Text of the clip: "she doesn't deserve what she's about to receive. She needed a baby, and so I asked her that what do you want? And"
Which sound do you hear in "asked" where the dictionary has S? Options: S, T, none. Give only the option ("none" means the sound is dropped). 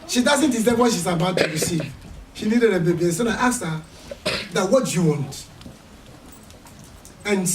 none